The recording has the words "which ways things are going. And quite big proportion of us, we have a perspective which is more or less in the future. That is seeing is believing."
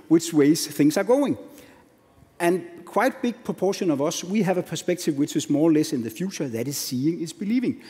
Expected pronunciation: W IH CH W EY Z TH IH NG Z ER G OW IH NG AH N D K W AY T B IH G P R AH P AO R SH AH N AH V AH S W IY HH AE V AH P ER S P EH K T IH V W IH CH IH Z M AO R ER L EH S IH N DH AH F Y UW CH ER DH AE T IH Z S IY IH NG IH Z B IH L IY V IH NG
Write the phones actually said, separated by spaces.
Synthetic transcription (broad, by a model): W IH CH W EY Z TH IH NG S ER G OW IH NG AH N K W AY T B IH G P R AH P AO SH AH N AH V AH S W IY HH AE V AH P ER S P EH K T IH V W IH CH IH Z M AO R L EH S IH N DH AH F Y UW CH ER DH AE T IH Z S IY IH NG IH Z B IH L IY V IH NG